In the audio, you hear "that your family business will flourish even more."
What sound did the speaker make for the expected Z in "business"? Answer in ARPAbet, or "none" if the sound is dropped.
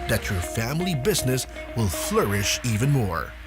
Z